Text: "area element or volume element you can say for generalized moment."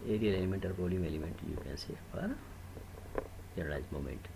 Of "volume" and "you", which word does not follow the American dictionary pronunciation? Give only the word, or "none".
volume